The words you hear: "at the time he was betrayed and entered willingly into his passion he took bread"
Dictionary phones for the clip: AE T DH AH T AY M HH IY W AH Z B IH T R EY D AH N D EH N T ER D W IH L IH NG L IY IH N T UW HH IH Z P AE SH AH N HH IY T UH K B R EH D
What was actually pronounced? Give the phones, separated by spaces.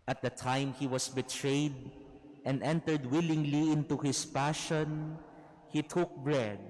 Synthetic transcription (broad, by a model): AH T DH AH T AY M HH IY W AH S B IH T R EY D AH N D EH N T ER D W IH L IH NG L IY IH N T UW HH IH S P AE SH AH N HH IY T UH K B R EH D